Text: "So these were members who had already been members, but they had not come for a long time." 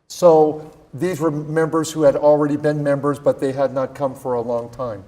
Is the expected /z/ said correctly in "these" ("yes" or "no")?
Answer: yes